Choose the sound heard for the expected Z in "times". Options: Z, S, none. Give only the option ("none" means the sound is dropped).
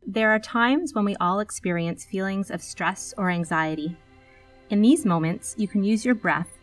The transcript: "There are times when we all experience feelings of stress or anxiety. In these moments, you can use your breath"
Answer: Z